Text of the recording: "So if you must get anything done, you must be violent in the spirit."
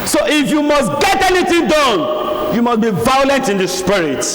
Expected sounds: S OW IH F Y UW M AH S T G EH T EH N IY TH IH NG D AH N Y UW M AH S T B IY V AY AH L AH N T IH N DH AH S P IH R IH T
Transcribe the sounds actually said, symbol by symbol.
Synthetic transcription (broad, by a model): S OW IH F Y UW M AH S T G EH T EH N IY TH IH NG D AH N Y UW M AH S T B IY V AY AH L AH N T IH N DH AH S P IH R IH T